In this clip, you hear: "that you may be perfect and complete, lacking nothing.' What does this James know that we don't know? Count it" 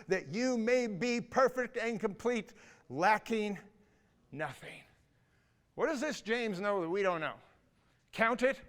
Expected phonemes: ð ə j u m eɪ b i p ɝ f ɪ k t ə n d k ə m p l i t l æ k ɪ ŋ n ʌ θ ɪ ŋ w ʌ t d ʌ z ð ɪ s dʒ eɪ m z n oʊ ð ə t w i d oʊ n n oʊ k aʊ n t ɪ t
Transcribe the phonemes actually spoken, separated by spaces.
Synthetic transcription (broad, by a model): ð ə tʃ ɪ m eɪ b i p ɝ f ɪ k t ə n k ə m p l i t l æ k ɪ ŋ n ʌ θ ɪ ŋ w ʌ t d ʌ z ð ɪ s dʒ eɪ m z n oʊ ð ə t w i d oʊ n n oʊ k aʊ n t ɪ t